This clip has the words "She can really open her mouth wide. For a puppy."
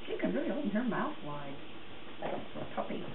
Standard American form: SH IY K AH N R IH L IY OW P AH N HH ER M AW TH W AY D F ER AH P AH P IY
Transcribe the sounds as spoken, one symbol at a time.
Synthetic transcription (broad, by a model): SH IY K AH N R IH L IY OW AH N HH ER M AW TH W AY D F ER AH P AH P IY